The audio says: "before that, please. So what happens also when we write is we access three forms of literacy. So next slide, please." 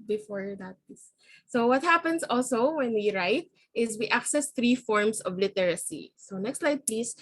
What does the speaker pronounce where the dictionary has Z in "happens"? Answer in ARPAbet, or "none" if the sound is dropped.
S